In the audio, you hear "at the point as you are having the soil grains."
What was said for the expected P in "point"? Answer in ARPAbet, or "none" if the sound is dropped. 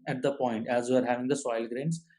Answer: P